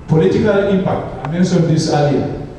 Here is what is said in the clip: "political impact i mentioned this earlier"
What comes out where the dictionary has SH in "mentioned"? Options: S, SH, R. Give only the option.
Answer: S